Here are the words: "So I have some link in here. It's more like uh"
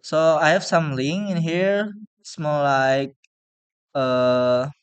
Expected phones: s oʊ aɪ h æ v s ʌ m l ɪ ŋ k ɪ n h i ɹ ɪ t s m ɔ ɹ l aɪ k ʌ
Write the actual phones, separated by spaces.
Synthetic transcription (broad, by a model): s oʊ aɪ h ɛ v s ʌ m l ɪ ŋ ɪ n h i ɹ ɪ s m ɔ l l aɪ k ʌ